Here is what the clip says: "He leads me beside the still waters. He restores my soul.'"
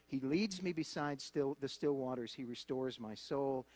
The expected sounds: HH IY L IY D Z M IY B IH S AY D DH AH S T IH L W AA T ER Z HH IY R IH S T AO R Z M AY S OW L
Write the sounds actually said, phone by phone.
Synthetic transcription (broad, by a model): HH IY L IY D Z M IY B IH S AY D DH AH S T IH L W AA T ER Z HH IY R IH S T AO R Z M AY S OW L